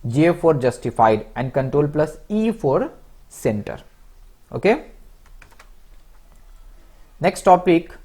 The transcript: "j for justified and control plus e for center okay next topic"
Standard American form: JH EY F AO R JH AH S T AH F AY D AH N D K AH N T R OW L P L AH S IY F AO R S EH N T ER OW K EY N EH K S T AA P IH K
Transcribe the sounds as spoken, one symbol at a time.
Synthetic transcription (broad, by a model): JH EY F AO R JH AH S T AH F AY D AH N D K AH N T R OW L P L AH S IY F AO R S EH N T ER OW K EY N EH K S T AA P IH K